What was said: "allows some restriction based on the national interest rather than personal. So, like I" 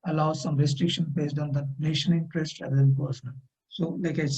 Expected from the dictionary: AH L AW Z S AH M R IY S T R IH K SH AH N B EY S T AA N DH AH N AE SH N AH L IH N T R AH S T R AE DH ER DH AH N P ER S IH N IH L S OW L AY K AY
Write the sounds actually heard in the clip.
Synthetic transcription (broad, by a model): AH L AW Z S AH M R IY S T R IH K SH AH N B EY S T AA N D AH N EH SH AH N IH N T R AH S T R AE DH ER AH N P ER S IH N IH L S OW L AY K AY